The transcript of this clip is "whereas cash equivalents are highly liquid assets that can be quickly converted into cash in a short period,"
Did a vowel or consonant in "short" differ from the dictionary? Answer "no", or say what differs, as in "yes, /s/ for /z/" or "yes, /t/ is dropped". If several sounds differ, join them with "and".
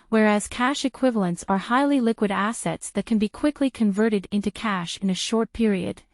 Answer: no